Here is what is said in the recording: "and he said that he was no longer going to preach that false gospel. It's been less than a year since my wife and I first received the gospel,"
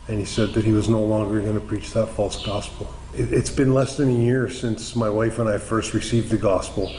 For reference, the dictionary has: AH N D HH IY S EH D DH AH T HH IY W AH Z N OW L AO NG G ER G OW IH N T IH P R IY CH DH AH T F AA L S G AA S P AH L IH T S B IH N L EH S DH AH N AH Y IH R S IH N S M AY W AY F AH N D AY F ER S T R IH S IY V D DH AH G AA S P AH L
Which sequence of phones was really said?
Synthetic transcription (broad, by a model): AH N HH IY S EH D DH AH T HH IY W AH Z N OW L AO NG G ER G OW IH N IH P R IY CH DH AH T F AA L S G AA S P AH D IH T S B IH N L EH S DH AH N AH Y IH R S IH N S M AY W AY F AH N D AY F ER S T R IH S IY V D DH AH G AA S P L